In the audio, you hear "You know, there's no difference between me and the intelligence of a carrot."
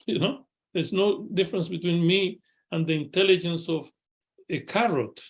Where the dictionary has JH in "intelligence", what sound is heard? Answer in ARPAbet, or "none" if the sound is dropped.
JH